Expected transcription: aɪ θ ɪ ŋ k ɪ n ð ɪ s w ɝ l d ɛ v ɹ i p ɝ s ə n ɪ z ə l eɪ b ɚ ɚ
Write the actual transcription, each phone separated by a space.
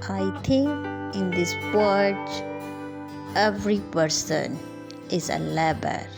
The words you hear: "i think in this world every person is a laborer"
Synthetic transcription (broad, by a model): aɪ t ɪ ŋ k ɪ n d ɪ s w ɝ d ɛ v ɹ i p ɝ s ə n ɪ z ə l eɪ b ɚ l